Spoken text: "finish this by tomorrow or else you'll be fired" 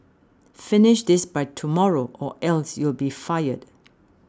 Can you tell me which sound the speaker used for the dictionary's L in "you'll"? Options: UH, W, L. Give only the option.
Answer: L